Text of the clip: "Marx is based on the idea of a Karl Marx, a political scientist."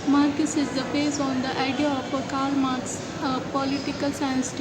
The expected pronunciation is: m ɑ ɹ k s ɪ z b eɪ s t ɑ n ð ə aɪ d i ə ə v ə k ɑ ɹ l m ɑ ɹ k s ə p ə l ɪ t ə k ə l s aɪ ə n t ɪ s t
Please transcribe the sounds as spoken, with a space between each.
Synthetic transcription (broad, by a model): m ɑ ɹ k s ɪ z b eɪ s ɑ n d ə aɪ d i ə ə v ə k ɑ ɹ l m ɑ ɹ k s ə p ə l ɪ t ə k ə l s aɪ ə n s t